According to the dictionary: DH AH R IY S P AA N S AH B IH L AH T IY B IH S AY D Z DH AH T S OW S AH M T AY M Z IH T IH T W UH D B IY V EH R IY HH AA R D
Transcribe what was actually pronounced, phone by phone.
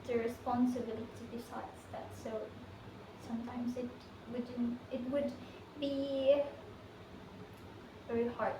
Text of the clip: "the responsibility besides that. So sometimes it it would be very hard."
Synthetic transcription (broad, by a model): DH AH R IY S P AA N S AH B IH L AH T IY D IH S AY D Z DH AH T S OW S AH M T AY M Z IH T IH T W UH D B IY V EH R IY HH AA R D